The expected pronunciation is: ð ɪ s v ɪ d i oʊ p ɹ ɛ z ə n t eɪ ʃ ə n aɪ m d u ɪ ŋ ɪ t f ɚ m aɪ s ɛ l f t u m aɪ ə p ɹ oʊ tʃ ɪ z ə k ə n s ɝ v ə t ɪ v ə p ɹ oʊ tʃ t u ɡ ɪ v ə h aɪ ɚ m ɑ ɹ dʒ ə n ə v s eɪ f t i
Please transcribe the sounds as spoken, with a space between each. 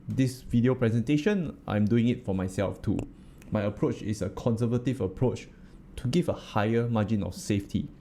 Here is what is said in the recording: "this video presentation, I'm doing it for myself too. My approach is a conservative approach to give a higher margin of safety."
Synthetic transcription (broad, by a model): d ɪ s v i d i oʊ p ɹ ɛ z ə n t eɪ ʃ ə n aɪ m d u ɪ ŋ ɪ t f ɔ m aɪ s ɛ l f t u m aɪ ə p ɹ oʊ tʃ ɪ s ə k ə n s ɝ v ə t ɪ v ə p ɹ oʊ tʃ t u ɡ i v ə h aɪ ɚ m ɑ dʒ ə n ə f s eɪ f t i